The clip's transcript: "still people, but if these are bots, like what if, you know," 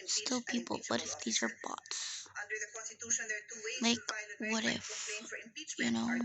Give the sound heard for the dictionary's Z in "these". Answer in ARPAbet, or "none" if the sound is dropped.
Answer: Z